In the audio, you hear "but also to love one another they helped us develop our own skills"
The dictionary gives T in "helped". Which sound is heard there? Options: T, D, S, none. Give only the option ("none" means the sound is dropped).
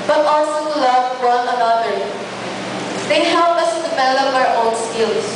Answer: none